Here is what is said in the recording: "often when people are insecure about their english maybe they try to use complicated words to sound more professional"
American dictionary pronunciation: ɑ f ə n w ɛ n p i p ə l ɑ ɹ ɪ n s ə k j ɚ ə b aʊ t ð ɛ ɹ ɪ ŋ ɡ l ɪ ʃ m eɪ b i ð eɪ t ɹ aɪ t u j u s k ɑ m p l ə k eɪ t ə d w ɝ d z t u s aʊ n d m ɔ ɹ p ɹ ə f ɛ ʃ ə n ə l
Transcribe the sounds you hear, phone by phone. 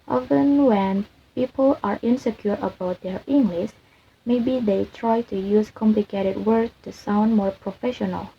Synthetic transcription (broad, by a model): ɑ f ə n w ɛ n p i p ə l ɑ ɹ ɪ n s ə k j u ə b aʊ t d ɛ ɹ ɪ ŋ ɡ l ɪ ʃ m eɪ b i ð eɪ t ɹ aɪ t u j u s k ɑ m p l ə k eɪ t ə d w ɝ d t u s aʊ n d m ɔ ɹ p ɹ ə f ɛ ʃ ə n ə l